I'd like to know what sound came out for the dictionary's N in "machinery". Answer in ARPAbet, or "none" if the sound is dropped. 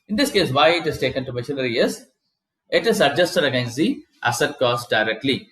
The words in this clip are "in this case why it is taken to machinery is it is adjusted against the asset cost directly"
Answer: L